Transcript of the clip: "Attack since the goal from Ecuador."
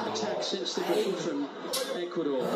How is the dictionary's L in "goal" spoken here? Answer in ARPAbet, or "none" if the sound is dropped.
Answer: N